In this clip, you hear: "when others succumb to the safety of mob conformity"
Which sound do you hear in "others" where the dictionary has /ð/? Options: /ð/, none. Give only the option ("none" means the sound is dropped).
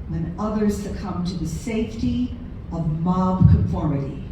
/ð/